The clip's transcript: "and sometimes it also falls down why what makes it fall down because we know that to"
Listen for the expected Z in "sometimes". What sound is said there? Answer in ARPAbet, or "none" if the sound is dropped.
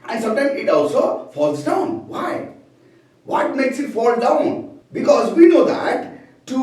none